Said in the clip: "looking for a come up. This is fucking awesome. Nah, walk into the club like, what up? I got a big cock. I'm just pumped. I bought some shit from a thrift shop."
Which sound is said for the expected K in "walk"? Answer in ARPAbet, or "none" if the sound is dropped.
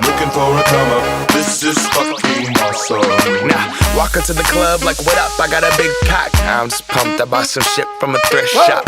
K